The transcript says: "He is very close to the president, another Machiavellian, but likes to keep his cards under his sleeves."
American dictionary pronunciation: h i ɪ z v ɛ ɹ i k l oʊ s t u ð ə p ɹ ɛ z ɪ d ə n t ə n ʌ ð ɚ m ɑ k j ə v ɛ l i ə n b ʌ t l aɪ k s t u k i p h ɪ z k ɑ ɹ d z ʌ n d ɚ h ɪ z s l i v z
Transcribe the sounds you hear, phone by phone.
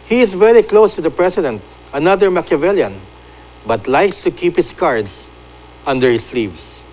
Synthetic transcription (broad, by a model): h i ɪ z v ɛ ɹ i k l oʊ s t u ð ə p ɹ ɛ s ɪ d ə n t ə n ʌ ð ɚ m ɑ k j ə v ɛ l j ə n b ʌ t l aɪ k s t u k i p h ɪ s k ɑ ɹ d s ʌ n d ɚ h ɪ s l i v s